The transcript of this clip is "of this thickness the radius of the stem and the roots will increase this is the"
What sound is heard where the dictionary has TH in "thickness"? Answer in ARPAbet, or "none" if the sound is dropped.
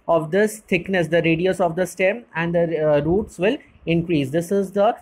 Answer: T